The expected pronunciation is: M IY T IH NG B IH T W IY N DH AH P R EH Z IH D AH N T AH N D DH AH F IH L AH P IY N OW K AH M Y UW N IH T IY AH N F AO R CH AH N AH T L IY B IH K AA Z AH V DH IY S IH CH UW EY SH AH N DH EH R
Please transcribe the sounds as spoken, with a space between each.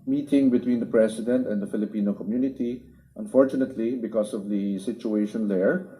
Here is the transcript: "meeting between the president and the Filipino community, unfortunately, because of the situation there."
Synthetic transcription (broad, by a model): M IY T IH NG B IH T W IY N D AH P R EH S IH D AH N T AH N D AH F IH L AH P IY N OW K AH M Y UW N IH T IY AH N F AO R CH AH N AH T L IY B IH K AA S AH V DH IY S IH CH UW EY SH AH N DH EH R